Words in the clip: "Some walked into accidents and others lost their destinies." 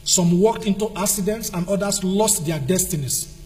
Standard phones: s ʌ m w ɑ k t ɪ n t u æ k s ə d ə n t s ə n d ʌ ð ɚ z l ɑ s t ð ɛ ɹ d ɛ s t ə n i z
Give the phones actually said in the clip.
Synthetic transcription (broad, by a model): s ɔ m w ɑ k t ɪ n t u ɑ k s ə d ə n t s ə n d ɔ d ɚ s l ɑ s t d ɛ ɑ d ɛ s t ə n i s